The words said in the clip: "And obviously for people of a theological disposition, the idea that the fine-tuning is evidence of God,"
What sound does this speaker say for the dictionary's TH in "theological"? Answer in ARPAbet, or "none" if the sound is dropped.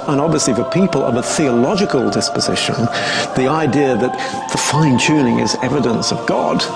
TH